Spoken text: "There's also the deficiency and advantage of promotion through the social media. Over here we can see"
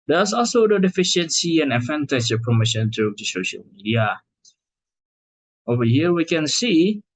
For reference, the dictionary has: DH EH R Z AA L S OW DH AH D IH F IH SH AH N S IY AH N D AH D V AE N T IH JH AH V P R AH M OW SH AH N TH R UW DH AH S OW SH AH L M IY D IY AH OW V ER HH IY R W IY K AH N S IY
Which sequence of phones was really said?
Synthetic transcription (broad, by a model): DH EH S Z AA L S OW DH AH D IH F IH SH AH N S IY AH N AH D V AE N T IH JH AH P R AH M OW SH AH N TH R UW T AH S OW SH AH L M IY D IY AH OW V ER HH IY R W IY K AH N S IY